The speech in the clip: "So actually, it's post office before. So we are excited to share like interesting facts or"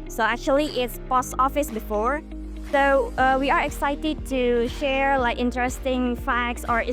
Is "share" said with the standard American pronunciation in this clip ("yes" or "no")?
yes